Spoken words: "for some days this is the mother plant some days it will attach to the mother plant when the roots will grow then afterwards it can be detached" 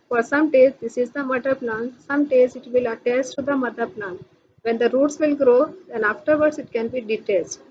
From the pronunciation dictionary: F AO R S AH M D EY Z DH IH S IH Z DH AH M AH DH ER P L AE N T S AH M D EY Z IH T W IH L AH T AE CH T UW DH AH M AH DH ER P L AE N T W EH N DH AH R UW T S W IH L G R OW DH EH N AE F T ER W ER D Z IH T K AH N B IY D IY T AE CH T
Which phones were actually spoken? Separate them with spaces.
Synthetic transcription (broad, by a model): F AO R S AH M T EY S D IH S IH Z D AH M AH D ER P L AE N S AH M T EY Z IH T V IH L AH T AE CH T UW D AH M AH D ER P L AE N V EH N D AH R UW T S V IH L G R OW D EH N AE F T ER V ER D S IH T K AH N B IY D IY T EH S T